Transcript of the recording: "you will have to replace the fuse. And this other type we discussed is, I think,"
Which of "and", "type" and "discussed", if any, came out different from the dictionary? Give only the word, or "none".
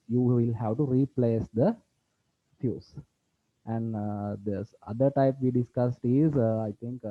none